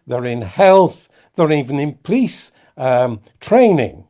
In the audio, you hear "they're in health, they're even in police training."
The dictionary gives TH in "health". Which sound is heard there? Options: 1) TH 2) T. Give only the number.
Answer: 1